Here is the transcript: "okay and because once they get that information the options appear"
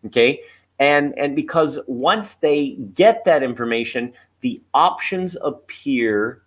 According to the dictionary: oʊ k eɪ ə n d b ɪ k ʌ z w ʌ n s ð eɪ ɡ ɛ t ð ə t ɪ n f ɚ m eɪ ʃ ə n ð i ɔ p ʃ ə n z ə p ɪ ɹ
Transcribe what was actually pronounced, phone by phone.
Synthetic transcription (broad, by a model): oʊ k eɪ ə n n b ɪ k ʌ z w ʌ n s ð eɪ ɡ ɛ t ð ə t ɪ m f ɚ m eɪ ʃ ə n ð i ɔ p ʃ ə n z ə p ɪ ɹ